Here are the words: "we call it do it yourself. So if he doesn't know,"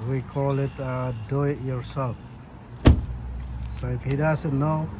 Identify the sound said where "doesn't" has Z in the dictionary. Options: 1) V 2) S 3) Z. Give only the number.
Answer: 2